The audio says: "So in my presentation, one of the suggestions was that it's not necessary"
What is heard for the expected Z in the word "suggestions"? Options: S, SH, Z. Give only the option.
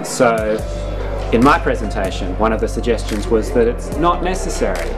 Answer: Z